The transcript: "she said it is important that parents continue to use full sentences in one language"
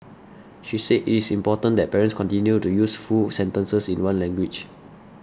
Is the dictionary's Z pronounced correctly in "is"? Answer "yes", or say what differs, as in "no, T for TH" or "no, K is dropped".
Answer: no, S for Z